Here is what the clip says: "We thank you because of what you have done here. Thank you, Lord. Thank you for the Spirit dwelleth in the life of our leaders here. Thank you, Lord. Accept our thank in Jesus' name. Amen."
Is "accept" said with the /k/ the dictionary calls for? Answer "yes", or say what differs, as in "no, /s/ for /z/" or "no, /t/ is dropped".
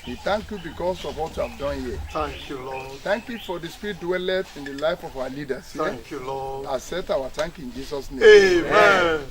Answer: no, /k/ is dropped